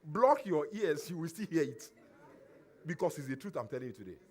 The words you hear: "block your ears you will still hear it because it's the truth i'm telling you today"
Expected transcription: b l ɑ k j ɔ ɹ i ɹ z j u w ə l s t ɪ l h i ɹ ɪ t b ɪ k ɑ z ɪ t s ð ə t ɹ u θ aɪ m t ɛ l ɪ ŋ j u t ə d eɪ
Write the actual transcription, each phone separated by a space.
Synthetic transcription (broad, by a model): b l ɑ k j ɔ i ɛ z j u w ə l s t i l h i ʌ ɪ t b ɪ k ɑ s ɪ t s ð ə t ɹ u θ aɪ m t ɛ l ɪ ŋ j u t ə d eɪ